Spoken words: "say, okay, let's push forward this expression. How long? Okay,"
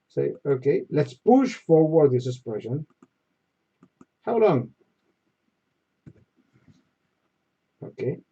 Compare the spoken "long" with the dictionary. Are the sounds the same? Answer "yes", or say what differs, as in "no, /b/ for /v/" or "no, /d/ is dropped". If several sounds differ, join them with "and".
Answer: yes